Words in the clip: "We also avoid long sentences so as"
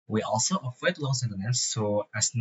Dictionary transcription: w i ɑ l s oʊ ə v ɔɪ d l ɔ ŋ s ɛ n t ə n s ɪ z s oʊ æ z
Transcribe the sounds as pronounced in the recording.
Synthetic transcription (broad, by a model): w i ɑ l s oʊ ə f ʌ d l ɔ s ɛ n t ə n ɪ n s oʊ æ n